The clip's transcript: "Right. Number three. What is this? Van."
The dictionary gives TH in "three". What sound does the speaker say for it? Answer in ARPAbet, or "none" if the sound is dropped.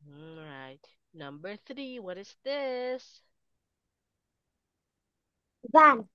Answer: TH